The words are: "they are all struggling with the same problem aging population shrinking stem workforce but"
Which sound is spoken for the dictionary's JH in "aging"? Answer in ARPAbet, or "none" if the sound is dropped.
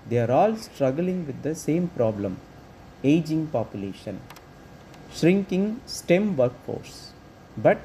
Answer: JH